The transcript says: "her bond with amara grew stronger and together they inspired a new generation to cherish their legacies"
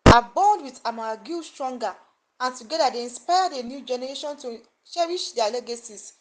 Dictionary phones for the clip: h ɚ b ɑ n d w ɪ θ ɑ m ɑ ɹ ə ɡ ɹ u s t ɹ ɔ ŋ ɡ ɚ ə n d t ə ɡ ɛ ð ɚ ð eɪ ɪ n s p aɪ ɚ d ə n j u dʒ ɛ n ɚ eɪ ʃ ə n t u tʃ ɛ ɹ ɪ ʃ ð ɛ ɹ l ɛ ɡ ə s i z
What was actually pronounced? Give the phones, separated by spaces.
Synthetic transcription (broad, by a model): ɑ b ɑ n d w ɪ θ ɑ m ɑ ɡ u s t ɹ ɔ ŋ ɡ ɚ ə n t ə ɡ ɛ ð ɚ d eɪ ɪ n s p aɪ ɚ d ə n j u dʒ ɛ n ɚ eɪ ʃ ə n t u ʃ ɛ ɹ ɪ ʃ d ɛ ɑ l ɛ ɡ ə s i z